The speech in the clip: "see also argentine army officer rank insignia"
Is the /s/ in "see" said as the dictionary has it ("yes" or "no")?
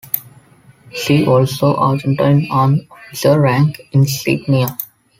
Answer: no